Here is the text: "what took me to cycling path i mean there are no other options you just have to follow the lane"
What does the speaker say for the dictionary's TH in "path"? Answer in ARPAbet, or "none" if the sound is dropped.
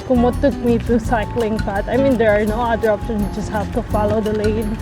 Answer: T